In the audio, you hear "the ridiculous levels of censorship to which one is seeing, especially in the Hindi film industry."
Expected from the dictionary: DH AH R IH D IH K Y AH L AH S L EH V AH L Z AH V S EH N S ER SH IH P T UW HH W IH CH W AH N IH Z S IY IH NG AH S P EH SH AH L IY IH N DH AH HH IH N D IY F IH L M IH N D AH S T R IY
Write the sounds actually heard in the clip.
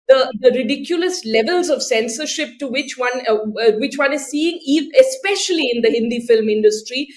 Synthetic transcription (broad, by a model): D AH R IH D IH K Y AH L AH S L EH V AH L Z AH V S EH N S ER SH IH P T UW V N IH CH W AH N IH Z S IY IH NG AH S P EH SH AH L IY IH N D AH HH IH N D IY F IH L M IH N D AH S T R IY